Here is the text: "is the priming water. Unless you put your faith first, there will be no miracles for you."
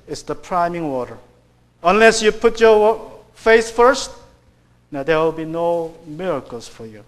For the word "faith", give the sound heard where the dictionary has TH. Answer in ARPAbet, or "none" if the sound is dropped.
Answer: S